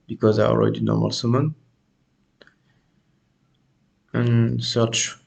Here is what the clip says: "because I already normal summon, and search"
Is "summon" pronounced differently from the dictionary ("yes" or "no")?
no